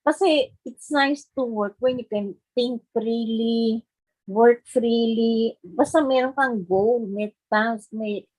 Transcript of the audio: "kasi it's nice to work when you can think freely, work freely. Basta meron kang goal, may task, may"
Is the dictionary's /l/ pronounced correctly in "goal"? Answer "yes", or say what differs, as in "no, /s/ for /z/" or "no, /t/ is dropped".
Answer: no, /w/ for /l/